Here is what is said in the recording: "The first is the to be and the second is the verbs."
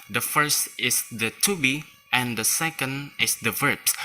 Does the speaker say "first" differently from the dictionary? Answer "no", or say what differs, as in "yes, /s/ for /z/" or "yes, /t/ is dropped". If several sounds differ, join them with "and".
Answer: no